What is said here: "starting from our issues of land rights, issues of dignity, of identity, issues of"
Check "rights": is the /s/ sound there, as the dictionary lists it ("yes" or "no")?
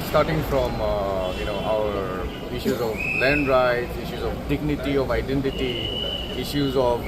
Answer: no